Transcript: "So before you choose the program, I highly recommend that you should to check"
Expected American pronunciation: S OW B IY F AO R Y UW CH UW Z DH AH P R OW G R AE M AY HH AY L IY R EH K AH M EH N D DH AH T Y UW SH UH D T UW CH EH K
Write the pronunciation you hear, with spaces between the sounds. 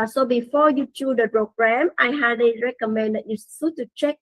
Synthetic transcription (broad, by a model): S OW B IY F AO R Y UW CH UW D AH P R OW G R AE M AY HH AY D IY R EH K AH M EH N D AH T Y UW S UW T UW CH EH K